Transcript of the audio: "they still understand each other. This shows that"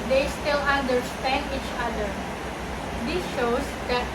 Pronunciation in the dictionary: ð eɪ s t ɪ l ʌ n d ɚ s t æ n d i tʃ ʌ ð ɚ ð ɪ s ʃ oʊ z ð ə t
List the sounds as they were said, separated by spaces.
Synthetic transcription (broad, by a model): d eɪ s t ɪ l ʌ n d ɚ s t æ n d i tʃ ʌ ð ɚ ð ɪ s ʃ oʊ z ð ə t